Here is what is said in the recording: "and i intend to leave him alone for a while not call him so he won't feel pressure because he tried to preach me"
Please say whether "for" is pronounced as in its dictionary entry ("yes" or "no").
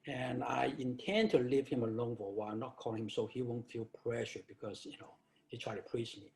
no